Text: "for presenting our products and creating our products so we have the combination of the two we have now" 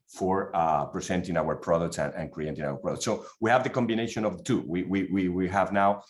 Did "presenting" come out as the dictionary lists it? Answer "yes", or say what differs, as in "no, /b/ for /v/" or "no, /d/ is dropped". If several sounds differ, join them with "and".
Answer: no, /s/ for /z/